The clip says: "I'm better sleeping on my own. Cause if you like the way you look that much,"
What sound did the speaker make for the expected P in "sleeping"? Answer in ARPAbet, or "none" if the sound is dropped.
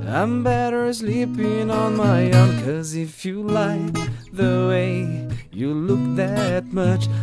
P